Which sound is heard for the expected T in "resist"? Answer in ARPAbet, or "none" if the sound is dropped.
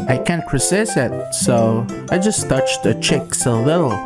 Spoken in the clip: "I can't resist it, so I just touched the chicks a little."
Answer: none